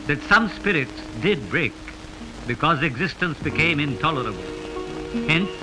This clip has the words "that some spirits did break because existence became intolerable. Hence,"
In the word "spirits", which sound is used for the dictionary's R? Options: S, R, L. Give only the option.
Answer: R